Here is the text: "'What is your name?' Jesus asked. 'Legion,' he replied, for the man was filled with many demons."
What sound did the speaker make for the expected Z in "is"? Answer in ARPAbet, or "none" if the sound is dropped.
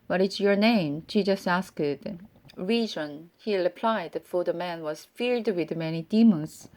S